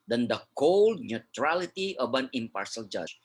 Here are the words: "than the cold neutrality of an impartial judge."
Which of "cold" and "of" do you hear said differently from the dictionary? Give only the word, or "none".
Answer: of